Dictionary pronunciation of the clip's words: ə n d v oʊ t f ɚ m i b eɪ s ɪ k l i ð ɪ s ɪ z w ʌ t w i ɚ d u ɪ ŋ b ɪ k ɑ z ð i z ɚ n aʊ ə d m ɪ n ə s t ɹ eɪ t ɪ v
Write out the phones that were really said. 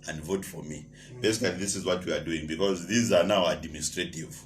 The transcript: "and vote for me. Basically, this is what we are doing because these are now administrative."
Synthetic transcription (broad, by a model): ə n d v oʊ t f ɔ m i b eɪ s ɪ k l i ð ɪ s ɪ z w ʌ t w i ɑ d u ɪ ŋ b ɪ k ɑ z ð i z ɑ n aʊ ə d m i n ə s t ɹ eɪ t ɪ v